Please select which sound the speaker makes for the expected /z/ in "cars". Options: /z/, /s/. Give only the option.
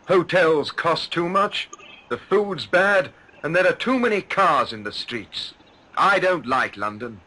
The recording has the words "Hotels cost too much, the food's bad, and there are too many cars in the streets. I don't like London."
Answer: /z/